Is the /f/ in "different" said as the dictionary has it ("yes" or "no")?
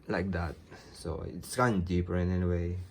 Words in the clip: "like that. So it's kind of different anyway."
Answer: no